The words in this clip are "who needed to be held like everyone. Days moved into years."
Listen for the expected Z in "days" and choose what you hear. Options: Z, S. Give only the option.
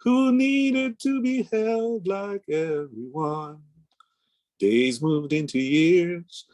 Z